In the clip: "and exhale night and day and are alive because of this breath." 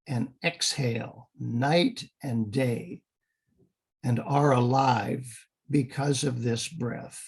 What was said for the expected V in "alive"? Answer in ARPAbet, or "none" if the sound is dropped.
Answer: V